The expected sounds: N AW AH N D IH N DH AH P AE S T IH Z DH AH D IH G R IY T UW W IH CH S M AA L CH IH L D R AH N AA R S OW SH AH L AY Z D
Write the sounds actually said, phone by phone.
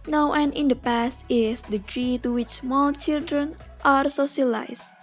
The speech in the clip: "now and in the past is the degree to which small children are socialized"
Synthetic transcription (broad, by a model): N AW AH N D IH N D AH P AE S T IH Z D IH G R IY T UW W IH CH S M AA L CH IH L D R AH N AA R S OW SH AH L AY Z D